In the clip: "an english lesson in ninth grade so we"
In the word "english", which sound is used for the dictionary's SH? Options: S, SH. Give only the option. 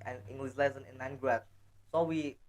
S